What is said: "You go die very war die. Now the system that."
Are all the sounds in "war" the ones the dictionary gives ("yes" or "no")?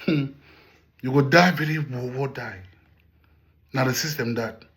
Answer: no